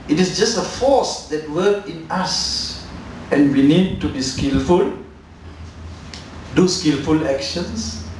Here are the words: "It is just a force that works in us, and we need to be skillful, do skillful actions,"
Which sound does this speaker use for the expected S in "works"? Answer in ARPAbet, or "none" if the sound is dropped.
none